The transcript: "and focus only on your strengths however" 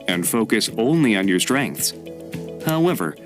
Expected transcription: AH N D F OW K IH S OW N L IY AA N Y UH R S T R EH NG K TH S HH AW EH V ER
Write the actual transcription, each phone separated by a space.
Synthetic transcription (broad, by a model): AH N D F OW K IH S OW N L IY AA N Y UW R S T R EH NG K TH S HH AW EH V ER